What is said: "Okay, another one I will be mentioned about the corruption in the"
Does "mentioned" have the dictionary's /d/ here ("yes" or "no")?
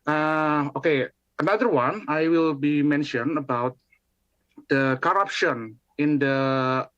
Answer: no